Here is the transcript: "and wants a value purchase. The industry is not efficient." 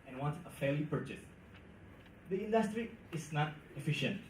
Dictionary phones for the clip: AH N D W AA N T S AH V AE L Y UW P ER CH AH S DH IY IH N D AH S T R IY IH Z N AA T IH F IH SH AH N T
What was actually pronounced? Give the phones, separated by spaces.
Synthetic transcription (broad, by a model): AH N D W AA N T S AH F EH L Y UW P ER CH AH S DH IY IH N D AH S T R IY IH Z N AA T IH F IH SH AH N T